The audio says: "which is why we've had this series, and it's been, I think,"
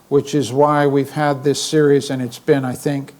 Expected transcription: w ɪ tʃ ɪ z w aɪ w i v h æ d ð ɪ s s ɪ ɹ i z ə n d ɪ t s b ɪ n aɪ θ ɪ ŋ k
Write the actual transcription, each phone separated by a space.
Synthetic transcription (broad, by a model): w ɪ tʃ ɪ z w aɪ w i v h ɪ d ð ɪ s s ɪ ɹ i z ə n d ɪ t s b ɪ n aɪ θ ɪ ŋ k